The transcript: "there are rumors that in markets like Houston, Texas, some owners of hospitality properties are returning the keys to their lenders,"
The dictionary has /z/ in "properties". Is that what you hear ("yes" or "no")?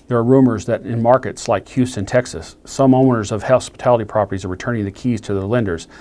yes